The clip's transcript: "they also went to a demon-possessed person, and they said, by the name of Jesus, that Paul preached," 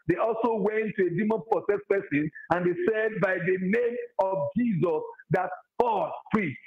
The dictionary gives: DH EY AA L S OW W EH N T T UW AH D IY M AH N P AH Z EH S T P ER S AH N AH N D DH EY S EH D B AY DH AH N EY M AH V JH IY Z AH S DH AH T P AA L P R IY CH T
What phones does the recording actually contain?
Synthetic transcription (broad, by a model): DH EY AA L S OW W EH N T T UW AH D IY M AH N P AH S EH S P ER S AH N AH N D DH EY S EH D B AY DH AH N EY M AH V JH IY Z AH S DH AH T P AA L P R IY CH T